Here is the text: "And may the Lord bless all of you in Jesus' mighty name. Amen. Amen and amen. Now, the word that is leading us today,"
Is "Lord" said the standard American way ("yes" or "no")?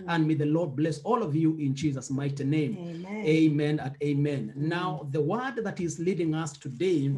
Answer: yes